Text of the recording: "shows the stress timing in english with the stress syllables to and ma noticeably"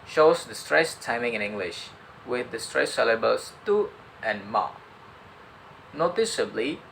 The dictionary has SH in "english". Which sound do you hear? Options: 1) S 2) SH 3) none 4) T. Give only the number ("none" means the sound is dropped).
2